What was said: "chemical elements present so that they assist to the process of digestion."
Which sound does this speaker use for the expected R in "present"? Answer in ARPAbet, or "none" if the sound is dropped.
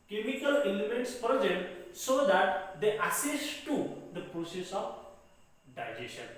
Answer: none